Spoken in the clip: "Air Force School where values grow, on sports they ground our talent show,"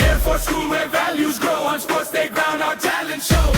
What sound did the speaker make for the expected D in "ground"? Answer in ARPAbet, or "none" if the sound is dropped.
none